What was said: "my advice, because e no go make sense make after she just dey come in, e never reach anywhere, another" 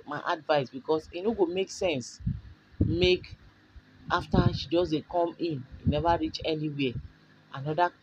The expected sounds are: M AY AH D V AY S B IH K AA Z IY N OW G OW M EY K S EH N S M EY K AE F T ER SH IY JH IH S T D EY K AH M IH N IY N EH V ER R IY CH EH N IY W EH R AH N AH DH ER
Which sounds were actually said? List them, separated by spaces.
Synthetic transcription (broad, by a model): M AY AH D V AY S B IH K AA S IY N OW G OW M EY K S EH N S M EY K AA F T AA SH IY JH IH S D EY K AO M IH N IY N EH V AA R IY CH EH N IY W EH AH N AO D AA